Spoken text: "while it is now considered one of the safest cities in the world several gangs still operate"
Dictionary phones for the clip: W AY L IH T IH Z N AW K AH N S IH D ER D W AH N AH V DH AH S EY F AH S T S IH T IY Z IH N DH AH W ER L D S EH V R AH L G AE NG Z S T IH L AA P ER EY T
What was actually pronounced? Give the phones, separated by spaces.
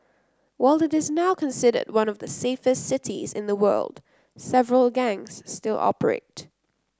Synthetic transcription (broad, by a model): W AY L IH T IH Z N AW K AH N S IH D ER D W AH N AH V DH AH S EY F AH S T S IH T IY Z IH N DH AH W ER L D S EH V R AH L G AE NG Z S T IH L AA P ER EY T